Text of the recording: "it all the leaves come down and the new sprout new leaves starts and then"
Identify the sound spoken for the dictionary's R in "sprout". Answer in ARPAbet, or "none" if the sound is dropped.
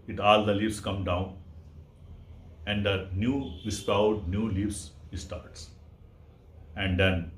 none